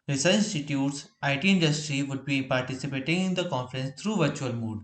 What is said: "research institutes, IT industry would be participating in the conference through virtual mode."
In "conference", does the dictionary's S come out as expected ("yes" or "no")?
yes